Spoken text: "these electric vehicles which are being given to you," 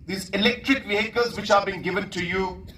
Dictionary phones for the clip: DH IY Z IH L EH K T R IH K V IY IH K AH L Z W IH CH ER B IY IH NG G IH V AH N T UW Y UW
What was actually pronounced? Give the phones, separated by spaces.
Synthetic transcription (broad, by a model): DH IY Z IH L EH K T R IH K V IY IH K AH Z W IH CH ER B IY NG G IH V AH N T UW Y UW